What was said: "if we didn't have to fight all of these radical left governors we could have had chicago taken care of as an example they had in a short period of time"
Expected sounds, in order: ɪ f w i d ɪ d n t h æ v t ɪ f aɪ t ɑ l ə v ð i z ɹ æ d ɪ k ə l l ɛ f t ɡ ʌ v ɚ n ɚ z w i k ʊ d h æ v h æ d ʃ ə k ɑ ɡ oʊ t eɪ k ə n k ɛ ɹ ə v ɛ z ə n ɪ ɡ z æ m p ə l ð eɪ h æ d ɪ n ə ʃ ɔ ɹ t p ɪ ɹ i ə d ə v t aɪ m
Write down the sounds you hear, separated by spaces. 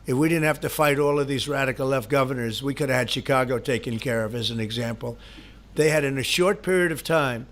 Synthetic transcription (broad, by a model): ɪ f w i d ɪ d n t h æ f t ɪ f aɪ t ɑ l ə v ð i z ɹ æ d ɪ k l l ɛ f t ɡ ʌ v ɚ n ɚ z w i k ʊ d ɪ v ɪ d ʃ ə k ɑ ɡ oʊ t eɪ k ə n k ɛ ɹ ə v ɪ z ə n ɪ ɡ z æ m p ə l ð eɪ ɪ d ɪ n ə ʃ ɔ ɹ t p ɪ ɹ i ə d ə v t aɪ m